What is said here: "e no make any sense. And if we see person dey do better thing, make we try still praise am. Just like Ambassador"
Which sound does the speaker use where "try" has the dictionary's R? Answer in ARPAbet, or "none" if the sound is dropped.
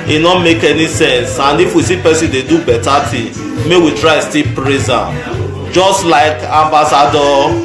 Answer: R